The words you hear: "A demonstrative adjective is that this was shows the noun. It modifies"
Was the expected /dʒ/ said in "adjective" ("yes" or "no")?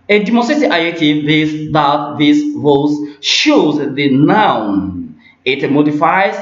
no